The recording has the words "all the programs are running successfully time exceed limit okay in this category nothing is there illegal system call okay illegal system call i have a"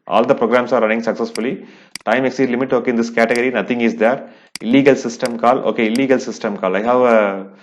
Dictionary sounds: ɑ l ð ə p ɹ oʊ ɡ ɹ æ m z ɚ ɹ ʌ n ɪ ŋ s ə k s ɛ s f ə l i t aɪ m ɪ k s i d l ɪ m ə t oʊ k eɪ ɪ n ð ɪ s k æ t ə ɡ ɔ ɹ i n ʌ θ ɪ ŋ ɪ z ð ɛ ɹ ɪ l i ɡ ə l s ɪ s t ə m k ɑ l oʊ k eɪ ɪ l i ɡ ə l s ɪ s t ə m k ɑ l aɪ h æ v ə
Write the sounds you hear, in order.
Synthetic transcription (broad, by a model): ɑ l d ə p ɹ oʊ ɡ ɹ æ m s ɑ ɹ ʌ n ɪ ŋ s ə k s ɛ s f ə l i t aɪ m ɪ k s i d l ɪ m ə t oʊ k eɪ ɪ n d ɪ s k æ t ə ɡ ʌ ɹ i n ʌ t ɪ ŋ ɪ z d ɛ ɹ ɪ l i ɡ ə l s ɪ s t ə m k ɑ l oʊ k eɪ ɪ l i ɡ ə l s ɪ s t ə m k ɑ l aɪ h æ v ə